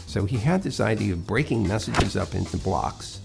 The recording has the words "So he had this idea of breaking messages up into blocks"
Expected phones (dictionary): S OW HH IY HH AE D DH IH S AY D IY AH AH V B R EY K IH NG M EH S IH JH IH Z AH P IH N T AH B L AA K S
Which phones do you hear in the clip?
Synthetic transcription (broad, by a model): S OW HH IY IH D DH IH S AY D IY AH AH V B R EY K IH NG M EH S IH JH IH Z AH P IH N T AH B L AA K S